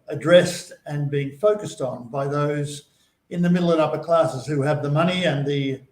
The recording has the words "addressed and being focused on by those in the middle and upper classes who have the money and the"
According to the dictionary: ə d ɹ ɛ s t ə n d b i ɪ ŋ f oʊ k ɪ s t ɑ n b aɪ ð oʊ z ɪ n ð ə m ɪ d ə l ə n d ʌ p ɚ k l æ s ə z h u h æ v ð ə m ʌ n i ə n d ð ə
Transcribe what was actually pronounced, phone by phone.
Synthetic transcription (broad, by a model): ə d ɹ ɛ s t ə n b i ɪ ŋ f oʊ k ɪ s t n b aɪ ð oʊ z ɪ n ð ə m ɪ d l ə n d ʌ p ɚ k l æ s ə z h u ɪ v ð ə m ʌ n i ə n ð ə